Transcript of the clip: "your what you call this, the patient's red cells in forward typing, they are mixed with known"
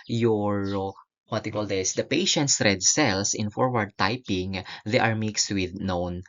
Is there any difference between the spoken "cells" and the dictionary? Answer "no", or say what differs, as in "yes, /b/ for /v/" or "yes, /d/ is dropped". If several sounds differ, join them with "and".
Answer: yes, /s/ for /z/